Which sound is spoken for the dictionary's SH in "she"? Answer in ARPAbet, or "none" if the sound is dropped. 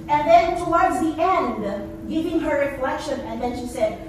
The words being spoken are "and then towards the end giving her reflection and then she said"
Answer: SH